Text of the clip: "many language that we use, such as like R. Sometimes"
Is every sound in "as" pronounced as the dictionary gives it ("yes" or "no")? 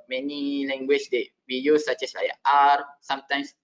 no